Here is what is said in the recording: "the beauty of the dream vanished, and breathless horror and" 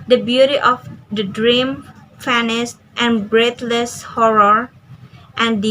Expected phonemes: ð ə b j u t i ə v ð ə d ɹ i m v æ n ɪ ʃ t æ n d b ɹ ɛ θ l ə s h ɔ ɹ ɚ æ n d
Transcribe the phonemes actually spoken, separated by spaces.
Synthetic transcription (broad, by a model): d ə b j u t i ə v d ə d ɹ i m f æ n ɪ s t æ n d b ɹ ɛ t l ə s h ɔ ɹ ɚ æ n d